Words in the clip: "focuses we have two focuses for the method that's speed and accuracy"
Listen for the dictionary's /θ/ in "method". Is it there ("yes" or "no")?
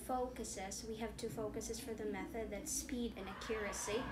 yes